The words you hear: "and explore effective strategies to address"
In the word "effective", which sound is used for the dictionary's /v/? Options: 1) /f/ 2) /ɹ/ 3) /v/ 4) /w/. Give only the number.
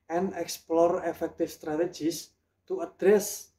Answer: 1